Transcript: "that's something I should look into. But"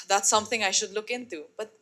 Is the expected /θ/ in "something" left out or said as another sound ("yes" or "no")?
yes